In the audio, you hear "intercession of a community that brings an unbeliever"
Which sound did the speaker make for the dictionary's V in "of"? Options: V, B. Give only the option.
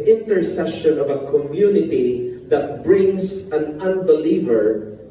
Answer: V